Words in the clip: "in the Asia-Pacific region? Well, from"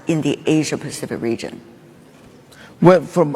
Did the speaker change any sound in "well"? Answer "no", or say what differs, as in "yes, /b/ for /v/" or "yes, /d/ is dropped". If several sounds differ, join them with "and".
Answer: yes, /n/ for /l/